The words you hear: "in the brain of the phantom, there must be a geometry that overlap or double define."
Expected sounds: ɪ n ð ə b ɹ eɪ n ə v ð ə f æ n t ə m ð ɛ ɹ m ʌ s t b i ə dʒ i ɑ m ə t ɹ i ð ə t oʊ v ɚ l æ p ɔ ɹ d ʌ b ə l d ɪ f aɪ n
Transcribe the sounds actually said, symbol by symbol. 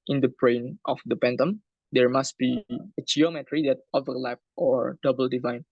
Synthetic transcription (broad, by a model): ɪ n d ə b ɹ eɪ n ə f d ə p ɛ n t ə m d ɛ ɹ m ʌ s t b i ə dʒ i ɑ m ə t ɹ i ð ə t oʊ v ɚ l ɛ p ɔ ɹ d ʌ b ə l d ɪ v aɪ n